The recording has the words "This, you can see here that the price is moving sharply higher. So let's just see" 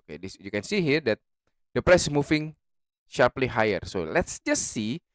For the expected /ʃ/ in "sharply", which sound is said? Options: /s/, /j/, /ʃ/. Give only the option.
/ʃ/